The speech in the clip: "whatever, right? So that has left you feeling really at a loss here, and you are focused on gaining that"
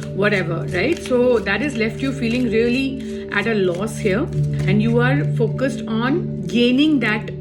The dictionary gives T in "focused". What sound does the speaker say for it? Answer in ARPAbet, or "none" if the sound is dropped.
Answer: T